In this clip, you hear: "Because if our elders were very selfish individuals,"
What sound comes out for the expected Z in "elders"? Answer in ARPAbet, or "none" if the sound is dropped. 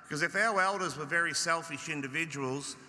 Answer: Z